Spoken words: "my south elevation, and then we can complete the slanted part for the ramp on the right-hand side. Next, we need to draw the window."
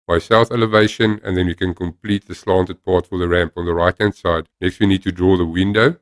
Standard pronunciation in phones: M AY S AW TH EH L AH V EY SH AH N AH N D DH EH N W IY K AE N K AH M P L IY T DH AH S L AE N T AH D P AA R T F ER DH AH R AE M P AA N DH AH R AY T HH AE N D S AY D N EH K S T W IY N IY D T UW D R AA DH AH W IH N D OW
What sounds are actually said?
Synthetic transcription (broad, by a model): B AY S AW TH EH L AH V EY SH AH N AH N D DH EH N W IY K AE N K AH M P L IY T DH AH S L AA N T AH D P AA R T F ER DH AH R AE M P AA N DH AH R AY T HH AE N D S AY D N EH K S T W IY N IY D T UW D R AA DH AH W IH N D OW